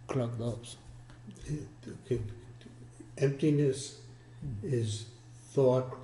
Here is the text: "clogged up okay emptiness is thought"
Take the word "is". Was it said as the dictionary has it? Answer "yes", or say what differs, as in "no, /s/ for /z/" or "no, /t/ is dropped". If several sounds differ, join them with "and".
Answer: yes